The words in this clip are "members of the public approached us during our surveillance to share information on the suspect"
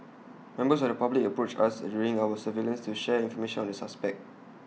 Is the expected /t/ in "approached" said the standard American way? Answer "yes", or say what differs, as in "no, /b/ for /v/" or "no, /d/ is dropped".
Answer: no, /t/ is dropped